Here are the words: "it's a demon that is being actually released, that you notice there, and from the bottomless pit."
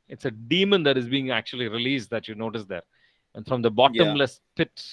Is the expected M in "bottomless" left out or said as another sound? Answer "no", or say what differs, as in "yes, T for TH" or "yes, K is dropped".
no